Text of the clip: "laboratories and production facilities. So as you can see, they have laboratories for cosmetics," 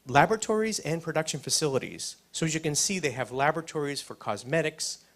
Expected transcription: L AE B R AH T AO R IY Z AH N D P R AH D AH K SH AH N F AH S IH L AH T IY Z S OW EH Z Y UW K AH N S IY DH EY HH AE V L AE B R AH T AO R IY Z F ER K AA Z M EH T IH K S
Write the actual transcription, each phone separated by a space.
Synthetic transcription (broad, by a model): L AE B R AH T AO R IY Z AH N P R AH D AH K SH AH N F AH S IH L AH T IY Z S OW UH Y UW K AH N S IY DH EY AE V L AE B R AH T AO R IY Z F ER K AA Z M EH T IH K S